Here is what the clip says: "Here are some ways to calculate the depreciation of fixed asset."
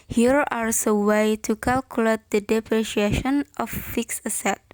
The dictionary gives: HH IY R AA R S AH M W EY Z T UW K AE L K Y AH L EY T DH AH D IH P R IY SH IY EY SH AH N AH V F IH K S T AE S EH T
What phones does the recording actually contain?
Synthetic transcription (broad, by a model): HH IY R AA R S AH W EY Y T UW K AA L K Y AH L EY T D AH D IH P R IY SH IY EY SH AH N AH F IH K S AH S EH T